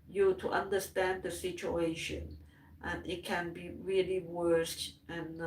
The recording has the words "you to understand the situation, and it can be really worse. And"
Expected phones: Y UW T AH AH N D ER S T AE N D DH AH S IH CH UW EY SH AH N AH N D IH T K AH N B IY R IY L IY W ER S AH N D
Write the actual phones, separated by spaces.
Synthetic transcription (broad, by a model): Y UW T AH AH N D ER S T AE N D DH AH S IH CH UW EY SH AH N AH N IH T K AH N B IY R IY L IY W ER S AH N